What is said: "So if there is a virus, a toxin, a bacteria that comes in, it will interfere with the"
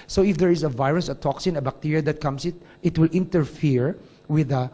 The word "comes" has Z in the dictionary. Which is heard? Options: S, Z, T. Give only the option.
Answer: S